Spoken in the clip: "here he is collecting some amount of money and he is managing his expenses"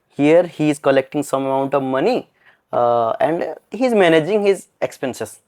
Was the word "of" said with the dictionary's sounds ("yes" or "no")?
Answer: yes